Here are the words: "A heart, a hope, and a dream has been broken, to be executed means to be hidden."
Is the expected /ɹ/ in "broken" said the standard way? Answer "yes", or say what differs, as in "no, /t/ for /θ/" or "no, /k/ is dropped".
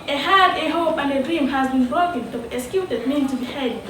no, /ɹ/ is dropped